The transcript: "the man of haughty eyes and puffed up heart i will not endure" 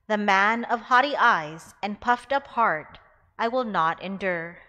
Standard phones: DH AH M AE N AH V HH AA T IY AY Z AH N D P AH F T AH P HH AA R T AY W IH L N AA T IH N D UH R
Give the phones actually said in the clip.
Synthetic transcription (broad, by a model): DH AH M AE N AH V HH AA T IY AY Z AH N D P AH F T AH P HH AA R T AY W IH L N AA T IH N D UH R